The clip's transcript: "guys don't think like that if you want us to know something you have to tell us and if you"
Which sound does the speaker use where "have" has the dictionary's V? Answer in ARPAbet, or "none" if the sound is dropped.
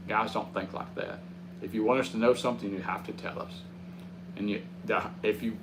F